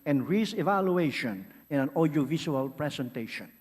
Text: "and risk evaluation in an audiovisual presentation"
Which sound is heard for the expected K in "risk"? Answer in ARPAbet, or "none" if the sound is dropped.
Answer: none